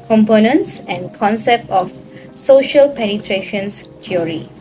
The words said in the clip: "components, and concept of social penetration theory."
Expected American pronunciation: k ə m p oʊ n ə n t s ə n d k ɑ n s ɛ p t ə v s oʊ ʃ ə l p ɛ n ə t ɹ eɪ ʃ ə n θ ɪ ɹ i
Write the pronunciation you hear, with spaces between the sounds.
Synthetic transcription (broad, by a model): k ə m p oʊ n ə n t s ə n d k ɑ n s ɛ p t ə f s oʊ ʃ ə l p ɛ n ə t ɹ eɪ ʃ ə n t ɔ ɹ i